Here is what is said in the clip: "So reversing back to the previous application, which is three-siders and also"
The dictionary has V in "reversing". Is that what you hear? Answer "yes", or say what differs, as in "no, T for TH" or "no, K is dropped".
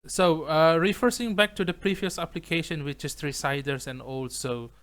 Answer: no, F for V